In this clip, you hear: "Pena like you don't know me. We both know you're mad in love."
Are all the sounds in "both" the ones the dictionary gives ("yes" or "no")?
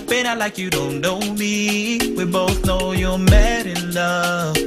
yes